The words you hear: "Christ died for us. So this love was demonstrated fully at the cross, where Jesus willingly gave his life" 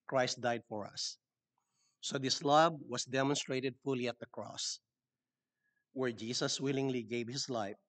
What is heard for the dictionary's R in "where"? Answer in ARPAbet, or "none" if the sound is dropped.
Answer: R